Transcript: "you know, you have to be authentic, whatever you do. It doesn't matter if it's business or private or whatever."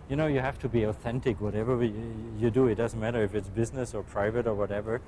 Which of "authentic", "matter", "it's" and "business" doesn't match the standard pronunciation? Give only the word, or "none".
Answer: none